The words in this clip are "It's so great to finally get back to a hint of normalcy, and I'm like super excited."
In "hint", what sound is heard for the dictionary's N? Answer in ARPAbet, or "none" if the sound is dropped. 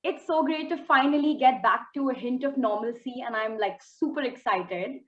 N